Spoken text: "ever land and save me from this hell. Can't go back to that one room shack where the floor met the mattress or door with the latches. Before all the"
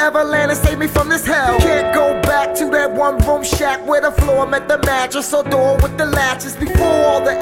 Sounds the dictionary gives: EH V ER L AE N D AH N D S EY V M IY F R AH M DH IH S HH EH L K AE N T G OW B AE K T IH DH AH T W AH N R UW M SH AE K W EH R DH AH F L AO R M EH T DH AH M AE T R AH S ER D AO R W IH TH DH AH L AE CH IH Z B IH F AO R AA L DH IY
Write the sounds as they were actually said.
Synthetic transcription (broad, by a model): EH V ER L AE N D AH S EY V M IY F R AH M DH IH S HH EH L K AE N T G OW B AE K T IH DH AH T W AH N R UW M SH AE K W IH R DH AH F L AO R M EH T DH AH M AE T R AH S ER D AO R W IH DH AH L AE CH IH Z B IH F AO R AA L DH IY